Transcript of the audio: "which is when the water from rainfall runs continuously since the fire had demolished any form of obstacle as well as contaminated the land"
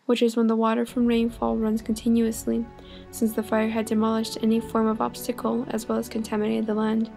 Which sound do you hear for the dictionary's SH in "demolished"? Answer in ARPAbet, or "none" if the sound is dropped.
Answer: SH